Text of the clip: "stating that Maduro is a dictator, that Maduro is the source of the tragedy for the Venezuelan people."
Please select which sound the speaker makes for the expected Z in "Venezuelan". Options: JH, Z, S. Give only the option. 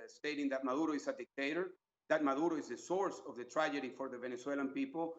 S